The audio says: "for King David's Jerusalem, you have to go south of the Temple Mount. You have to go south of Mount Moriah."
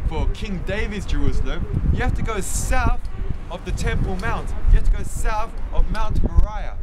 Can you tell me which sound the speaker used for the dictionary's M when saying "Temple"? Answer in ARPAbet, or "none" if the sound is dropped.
M